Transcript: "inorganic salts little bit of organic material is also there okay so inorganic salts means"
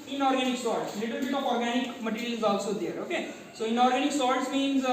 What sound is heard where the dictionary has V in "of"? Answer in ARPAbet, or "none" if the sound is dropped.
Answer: P